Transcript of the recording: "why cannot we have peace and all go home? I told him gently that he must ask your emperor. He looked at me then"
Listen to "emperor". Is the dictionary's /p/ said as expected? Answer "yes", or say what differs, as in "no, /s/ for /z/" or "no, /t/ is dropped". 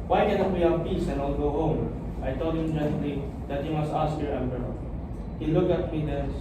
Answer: no, /b/ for /p/